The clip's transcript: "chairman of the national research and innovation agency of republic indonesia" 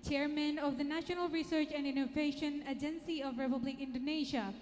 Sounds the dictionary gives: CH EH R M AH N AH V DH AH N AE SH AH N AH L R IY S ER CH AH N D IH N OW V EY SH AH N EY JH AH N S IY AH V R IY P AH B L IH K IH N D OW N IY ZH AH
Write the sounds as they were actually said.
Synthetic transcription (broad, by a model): CH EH R M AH N AH V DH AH N AE SH AH N AH L R IY S ER CH AH N D IH N OW V EY SH AH N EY JH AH N S IY AH V R IY P AH B L IH K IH N D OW N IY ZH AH